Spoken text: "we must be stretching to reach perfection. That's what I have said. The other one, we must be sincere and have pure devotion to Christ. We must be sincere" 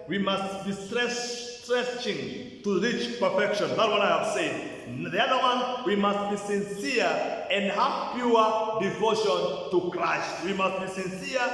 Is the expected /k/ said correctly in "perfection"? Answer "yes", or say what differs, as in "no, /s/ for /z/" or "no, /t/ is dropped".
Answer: yes